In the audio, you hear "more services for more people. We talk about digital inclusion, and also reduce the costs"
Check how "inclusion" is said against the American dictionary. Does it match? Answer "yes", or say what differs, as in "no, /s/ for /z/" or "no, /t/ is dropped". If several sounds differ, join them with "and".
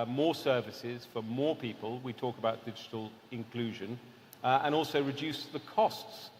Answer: yes